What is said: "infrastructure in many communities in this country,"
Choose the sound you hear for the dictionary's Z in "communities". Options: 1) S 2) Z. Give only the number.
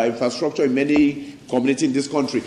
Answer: 1